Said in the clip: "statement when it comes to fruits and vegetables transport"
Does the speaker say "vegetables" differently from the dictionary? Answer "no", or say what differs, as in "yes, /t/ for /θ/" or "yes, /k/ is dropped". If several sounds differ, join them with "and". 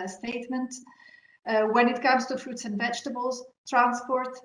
no